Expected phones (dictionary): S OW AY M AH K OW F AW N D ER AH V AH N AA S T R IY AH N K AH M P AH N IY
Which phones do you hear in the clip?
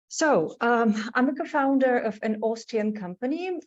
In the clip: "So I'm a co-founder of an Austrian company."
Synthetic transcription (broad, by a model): S OW AY M AH K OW F AW N D ER AH V AH N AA S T IY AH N K AH M P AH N IY